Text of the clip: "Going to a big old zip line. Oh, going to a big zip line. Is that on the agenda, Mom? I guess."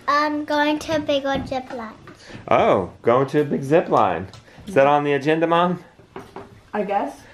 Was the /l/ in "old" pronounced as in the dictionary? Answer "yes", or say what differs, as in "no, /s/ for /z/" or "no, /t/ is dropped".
no, /l/ is dropped